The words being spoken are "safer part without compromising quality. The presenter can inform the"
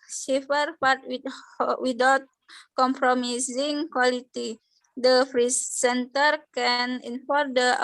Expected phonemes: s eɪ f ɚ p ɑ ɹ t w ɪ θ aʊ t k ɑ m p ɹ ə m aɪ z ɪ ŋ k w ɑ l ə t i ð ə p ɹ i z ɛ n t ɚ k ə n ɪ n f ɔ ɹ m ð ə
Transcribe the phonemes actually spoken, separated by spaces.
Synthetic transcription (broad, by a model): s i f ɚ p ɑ ɹ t w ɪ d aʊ t k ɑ m p ɹ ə m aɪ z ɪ ŋ k w ɑ l ə t i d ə f ɹ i s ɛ n t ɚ k ə n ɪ n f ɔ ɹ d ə